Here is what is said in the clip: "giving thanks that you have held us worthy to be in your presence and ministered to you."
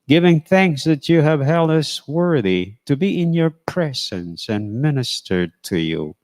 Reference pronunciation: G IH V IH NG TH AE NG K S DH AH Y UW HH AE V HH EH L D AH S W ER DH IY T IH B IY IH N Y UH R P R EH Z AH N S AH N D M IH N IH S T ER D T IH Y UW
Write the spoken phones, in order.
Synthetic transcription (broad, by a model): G IH V IH NG TH AE NG K S DH AH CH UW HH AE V HH EH L D AH S W ER DH IY T IH B IY IH N Y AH R P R EH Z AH N S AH N M IH N IH S T ER D T IH Y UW